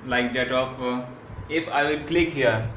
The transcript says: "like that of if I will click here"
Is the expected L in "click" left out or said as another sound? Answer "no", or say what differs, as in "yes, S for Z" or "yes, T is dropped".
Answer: no